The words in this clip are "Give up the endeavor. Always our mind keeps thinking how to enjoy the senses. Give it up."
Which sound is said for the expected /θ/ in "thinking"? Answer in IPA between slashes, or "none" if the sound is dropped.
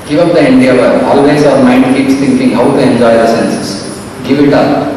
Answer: /t/